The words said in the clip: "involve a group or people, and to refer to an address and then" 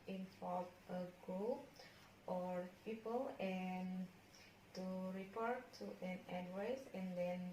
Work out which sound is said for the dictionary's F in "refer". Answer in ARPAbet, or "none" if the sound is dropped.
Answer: P